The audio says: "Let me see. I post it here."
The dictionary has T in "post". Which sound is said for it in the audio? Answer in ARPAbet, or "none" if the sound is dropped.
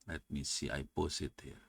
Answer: none